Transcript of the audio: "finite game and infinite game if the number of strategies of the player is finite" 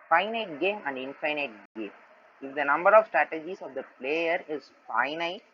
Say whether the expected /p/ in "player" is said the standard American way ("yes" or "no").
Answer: yes